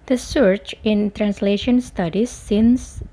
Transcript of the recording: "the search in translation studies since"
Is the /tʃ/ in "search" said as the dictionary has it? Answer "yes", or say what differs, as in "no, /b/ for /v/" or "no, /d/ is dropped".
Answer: yes